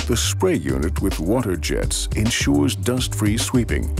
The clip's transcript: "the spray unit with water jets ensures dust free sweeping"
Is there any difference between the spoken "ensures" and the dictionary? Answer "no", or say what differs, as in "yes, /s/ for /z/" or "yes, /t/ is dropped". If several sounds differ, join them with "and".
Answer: no